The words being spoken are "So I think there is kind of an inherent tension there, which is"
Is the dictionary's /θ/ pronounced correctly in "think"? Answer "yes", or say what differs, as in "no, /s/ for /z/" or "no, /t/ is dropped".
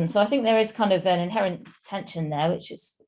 yes